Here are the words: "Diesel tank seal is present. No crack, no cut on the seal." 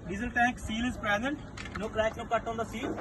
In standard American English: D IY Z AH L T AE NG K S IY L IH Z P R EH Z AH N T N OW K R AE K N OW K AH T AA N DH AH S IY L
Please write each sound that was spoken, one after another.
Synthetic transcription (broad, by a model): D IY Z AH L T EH K S IY L IH Z P R EH Z AH N T N OW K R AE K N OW K AH T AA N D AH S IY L